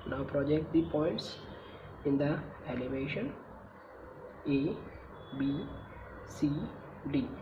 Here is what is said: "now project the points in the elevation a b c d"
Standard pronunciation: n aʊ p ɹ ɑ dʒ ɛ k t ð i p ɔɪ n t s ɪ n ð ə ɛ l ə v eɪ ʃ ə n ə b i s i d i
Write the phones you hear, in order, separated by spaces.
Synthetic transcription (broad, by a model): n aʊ p ɹ ɑ dʒ ɛ k t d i p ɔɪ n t s ɪ n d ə ɛ l ə v eɪ ʃ ə n ə b i s i d i